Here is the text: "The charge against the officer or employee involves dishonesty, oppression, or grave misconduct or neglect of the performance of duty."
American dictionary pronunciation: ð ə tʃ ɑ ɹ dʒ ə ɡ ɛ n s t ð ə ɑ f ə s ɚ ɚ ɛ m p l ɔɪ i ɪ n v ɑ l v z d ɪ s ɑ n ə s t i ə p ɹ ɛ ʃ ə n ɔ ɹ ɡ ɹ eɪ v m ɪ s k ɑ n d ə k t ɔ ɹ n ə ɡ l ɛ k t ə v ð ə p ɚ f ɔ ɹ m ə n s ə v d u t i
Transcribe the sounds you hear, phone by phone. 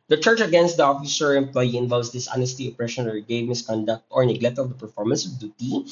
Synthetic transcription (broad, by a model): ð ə tʃ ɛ ɹ tʃ ə ɡ ɛ n s t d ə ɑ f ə s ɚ ɚ ɛ m p l ɔɪ i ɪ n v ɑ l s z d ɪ s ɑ n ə s t i ə p ɹ ɛ ʃ ə n ɔ ɹ ɡ eɪ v m ɪ s k ɑ n d ə k t ɔ ɹ n ə ɡ l ɛ k t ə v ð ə p ɚ f ɔ ɹ m ə n s ə v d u t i